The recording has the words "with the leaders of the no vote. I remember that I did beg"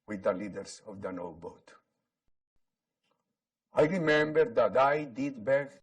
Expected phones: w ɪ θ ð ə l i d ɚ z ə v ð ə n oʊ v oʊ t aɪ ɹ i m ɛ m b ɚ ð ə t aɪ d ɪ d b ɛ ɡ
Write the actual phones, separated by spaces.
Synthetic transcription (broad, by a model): w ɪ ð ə l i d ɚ s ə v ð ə n oʊ b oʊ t aɪ ɹ i m ɛ m b ɚ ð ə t aɪ d ɪ d b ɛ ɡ